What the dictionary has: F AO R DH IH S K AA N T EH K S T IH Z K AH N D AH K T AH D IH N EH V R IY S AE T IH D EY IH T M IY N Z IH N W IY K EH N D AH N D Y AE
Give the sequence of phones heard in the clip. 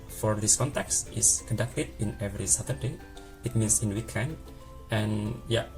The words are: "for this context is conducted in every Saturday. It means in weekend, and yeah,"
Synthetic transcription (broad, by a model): F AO R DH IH S K AA N T EH K S T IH S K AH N D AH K T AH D IH N EH V R IY S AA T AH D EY IH T M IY N S IH N W IY K EH N D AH N Y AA